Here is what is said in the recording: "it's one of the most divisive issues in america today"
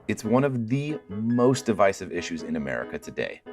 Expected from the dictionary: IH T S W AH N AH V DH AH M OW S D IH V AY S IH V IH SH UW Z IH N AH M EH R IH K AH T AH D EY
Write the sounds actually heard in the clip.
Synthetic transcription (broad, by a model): IH T S W AH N AH V DH AH M OW S D IH V AY S IH V IH SH UW Z IH N AH M EH R IH K AH T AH D EY